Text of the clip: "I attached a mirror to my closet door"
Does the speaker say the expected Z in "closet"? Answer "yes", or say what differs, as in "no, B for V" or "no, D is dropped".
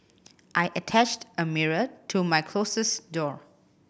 no, S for Z